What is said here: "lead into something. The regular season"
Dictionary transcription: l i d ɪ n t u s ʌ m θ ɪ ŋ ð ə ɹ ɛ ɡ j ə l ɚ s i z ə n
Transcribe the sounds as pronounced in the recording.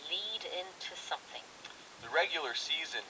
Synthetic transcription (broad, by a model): l i d ɪ n t u s ʌ m θ ɪ ŋ ð ə ɹ ɛ ɡ j l ɚ s i z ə n